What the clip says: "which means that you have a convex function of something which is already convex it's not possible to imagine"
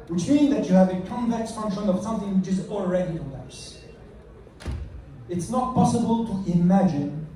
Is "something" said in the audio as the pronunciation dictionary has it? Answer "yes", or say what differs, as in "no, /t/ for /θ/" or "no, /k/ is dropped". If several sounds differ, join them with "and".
yes